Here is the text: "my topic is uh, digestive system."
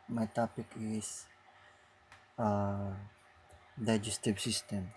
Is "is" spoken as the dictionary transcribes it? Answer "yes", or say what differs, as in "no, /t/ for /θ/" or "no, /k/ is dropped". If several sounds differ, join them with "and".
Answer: no, /s/ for /z/